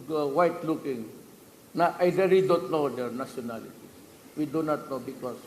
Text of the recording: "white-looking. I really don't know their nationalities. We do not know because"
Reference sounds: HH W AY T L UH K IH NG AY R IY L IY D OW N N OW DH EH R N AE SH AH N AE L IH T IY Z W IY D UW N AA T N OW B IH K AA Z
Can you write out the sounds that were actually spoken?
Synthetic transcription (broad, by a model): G W AY T L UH K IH NG AY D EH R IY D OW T N OW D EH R N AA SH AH N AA L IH T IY W IY D UW N AA T N OW B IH K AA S